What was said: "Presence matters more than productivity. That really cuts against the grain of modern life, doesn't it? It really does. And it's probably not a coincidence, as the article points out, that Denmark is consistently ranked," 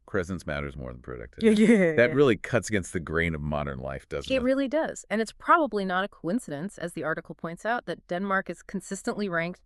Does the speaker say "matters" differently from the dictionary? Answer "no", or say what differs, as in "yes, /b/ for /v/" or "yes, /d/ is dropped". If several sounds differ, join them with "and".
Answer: no